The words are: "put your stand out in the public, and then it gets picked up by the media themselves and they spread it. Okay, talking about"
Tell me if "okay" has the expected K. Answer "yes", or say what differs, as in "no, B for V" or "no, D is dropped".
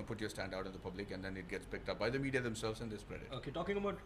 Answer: yes